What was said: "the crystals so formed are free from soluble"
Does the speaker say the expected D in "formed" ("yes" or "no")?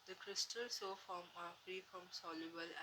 no